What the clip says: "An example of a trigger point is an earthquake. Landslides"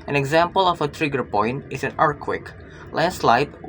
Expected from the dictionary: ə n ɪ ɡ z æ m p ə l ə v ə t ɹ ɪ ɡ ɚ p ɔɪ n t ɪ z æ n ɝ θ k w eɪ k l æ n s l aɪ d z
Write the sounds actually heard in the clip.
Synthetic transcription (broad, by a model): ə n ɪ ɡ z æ m p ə l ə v ə t ɹ ɪ ɡ ɚ p ɔɪ n t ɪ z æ n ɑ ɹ k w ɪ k l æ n s l aɪ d